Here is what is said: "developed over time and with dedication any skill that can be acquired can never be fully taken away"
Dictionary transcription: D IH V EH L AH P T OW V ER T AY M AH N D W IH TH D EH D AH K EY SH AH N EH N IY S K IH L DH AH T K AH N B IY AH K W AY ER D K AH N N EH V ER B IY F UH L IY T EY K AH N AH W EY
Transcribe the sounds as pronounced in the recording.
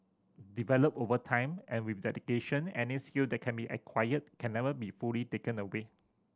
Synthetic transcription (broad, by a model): D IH V EH L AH P OW V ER T AY M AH N W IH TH D EH D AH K EY SH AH N EH N IY S K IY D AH T K AH N B IY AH K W AY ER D K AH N N EH V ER B IY F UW L IY T EY K AH N AH W EY